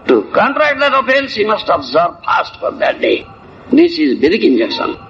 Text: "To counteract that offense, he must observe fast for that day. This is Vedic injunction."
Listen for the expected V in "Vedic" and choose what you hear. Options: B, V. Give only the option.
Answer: B